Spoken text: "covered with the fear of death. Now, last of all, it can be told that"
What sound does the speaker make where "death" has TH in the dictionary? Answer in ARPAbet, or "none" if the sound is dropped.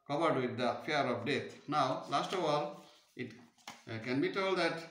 T